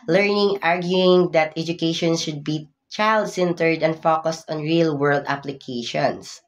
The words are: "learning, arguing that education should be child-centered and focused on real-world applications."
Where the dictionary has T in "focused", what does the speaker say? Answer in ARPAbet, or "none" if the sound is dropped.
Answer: T